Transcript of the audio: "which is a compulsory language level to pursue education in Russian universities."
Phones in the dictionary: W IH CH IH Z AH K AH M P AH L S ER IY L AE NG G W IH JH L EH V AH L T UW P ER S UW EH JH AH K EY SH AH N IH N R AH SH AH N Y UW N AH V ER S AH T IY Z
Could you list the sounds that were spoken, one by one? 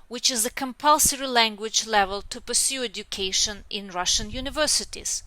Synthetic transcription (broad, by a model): W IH CH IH Z AH K AH M P AH L S ER IY L AE NG G W IH JH L EH V AH L T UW P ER S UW EH JH AH K EY SH AH N IH N R AH SH AH N Y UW N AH V ER S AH T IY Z